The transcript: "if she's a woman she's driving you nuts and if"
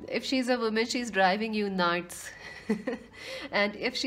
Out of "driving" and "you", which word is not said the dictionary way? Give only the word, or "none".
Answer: none